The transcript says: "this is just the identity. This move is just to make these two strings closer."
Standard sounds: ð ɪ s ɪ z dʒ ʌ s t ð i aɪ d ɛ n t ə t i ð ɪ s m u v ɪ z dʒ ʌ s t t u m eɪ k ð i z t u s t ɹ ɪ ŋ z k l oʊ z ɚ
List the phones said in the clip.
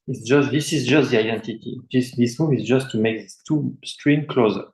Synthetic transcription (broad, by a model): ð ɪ s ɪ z dʒ ʌ s t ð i aɪ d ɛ n t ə t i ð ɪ s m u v ɪ z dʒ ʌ s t t u m eɪ k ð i t u s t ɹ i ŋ k l oʊ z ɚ